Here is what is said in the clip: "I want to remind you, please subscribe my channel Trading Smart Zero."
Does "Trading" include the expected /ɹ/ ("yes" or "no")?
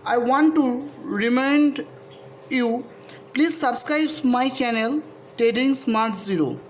no